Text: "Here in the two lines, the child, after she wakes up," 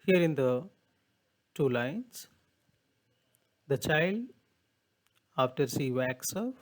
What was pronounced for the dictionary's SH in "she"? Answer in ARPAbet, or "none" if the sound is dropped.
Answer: S